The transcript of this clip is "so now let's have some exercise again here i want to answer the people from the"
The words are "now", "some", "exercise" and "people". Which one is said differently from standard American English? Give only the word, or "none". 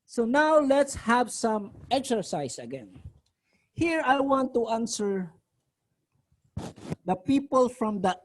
exercise